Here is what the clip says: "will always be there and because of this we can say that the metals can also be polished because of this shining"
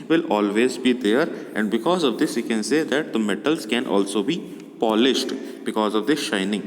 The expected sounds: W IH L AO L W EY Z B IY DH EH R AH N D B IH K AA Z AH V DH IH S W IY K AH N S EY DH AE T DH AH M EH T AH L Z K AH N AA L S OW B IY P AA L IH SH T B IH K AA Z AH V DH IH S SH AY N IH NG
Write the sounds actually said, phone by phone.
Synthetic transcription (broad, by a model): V IH L AO L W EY Z B IY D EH R AH N D B IH K AA Z AH V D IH S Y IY K AH N S EY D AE T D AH M EH T AH L Z K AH N AA L S OW B IY P AA L IH SH T B IH K AA Z AH V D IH SH AY N IH NG